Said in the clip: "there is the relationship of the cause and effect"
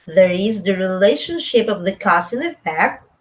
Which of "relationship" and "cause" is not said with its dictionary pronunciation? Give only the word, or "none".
cause